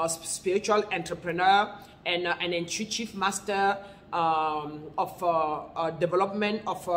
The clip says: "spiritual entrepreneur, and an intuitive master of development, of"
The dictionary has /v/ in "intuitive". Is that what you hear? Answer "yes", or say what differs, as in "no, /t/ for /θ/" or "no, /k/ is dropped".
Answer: no, /f/ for /v/